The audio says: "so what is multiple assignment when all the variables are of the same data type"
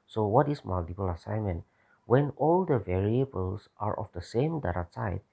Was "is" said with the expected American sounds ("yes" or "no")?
no